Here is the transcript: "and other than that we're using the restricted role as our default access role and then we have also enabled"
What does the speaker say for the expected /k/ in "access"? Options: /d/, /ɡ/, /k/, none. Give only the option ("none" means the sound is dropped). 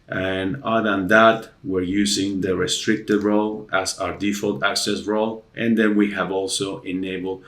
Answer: /k/